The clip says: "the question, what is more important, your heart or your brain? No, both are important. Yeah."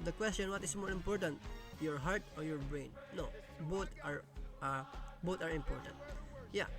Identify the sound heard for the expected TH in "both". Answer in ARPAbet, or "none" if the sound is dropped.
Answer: T